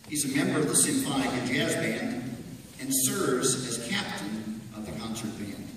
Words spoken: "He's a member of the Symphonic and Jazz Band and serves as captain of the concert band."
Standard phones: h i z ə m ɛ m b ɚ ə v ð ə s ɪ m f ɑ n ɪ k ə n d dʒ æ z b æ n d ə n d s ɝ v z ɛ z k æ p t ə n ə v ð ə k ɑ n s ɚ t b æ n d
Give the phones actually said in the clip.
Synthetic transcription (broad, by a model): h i z ə m ɛ m b ɚ ə v ð ə s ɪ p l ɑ ɪ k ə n dʒ æ z b æ n d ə n s ɝ v z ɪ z k æ p t ə n ə v ð ə k ɑ n s ɚ t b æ n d